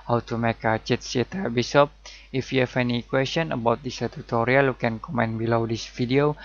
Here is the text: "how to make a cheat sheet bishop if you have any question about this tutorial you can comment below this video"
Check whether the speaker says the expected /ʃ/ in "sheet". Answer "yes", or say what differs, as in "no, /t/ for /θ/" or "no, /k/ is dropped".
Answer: no, /s/ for /ʃ/